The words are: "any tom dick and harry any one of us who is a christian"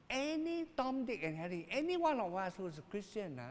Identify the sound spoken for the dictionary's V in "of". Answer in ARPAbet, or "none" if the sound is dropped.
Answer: W